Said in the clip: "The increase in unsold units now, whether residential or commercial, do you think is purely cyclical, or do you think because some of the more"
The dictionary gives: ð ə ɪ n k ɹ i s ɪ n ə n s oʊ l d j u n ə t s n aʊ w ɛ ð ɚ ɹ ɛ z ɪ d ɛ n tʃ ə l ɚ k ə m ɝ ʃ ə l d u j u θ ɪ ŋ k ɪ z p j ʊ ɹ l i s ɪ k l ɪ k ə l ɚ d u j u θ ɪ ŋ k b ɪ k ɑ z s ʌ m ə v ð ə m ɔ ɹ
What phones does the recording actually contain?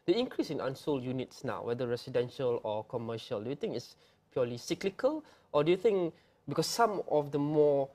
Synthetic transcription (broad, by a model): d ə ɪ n k ɹ i s ɪ n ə n s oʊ l j u n ə t s n aʊ w ɛ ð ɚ ɹ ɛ s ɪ d ɛ n ʃ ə l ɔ k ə m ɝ ʃ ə l d u j u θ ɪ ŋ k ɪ s p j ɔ l i s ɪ k l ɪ k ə l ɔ d u j u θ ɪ ŋ k b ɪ k ɑ s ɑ m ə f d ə m ɔ